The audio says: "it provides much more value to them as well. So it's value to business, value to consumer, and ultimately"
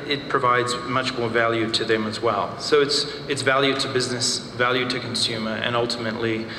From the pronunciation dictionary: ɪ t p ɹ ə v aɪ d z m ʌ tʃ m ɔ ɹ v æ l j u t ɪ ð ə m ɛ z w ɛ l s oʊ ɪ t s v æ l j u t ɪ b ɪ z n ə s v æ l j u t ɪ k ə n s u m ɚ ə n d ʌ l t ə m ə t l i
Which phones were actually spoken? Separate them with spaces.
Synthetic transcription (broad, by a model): ɪ t p ɹ ə v aɪ d z m ʌ tʃ m ɔ ɹ v æ l j u t ɪ ð ə m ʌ z w ɛ l s oʊ ɪ t s v æ l j u t ɪ b ɪ z n ə s v æ l j u t ɪ k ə n s u m ɚ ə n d ʌ l t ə m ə t l i